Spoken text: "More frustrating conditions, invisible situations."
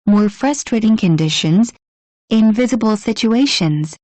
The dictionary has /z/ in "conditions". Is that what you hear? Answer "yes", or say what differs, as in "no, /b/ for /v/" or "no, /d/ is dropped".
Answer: yes